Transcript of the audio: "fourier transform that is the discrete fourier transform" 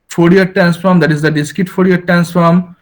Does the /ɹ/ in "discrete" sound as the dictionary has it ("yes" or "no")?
no